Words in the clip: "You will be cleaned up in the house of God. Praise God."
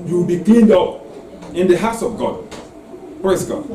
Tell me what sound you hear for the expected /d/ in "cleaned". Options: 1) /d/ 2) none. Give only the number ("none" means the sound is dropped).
1